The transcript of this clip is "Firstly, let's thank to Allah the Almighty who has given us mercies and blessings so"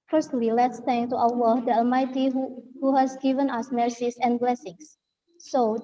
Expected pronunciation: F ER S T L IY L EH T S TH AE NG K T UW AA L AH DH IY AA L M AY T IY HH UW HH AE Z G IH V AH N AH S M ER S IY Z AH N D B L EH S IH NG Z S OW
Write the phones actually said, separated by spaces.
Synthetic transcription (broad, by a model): F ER S T L IY L EH T S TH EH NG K T UW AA W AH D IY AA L M AY T IY HH UW HH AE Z G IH V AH N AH S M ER S IY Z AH N B L EH S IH NG S OW